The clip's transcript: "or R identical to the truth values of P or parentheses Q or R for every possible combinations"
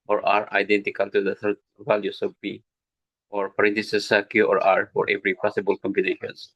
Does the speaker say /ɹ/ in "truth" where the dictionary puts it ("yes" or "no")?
no